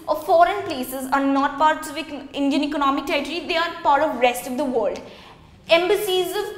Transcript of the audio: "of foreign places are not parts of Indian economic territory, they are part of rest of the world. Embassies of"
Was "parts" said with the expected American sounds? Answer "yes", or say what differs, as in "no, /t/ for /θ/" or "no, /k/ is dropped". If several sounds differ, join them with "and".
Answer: no, /s/ is dropped